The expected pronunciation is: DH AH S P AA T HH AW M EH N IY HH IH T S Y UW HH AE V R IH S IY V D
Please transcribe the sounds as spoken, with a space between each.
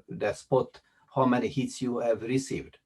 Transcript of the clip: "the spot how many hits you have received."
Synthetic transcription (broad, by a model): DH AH S P AA T HH AW M EH N IY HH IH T S Y UW HH AE V R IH S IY V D